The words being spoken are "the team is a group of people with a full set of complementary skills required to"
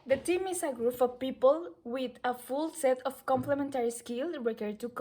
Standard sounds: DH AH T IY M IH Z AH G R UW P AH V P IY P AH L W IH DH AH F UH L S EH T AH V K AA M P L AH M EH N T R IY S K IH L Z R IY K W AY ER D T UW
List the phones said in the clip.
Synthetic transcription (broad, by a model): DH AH T IY M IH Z AH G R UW F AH P IY P AH L W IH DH AH F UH L S EH T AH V K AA M P L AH M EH N T R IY S K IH L R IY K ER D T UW